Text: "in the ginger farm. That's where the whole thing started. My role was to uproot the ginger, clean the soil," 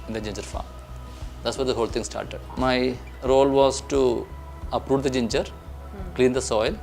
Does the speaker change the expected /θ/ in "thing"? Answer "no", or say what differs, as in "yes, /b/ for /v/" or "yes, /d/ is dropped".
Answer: yes, /t/ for /θ/